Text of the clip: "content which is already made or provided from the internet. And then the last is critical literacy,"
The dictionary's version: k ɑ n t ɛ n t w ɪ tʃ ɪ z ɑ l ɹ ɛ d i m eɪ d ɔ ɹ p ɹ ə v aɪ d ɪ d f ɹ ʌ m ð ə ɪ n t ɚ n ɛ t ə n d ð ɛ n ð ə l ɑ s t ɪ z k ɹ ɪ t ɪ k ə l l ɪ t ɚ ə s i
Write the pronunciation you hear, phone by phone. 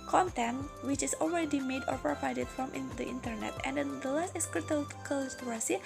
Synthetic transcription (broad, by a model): k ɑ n t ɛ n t w ɪ tʃ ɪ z ɑ l ɹ ɛ d i m eɪ d ɔ ɹ p ɹ ə v aɪ d ɪ d f ɹ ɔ m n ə ɪ n t ɚ n ɛ t ə n d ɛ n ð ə l ɑ s t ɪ s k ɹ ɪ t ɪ k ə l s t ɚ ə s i